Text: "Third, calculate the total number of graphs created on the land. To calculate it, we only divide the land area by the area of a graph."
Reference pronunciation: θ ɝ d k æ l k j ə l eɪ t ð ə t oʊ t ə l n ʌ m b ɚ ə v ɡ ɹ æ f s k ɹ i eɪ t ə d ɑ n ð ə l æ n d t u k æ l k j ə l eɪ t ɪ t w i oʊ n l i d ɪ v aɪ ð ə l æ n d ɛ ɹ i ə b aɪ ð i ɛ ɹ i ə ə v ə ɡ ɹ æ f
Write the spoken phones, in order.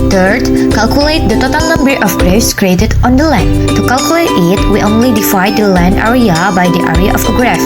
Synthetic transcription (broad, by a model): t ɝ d k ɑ l k j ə l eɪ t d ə t oʊ t ə l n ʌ m b ɚ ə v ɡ ɹ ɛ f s k ɹ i eɪ t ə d ɑ n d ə l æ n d t u k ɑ l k j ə l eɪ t ɪ t w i oʊ n l i d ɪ f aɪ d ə l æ n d ɛ ɹ i ə b aɪ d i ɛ ɹ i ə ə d ə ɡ ɹ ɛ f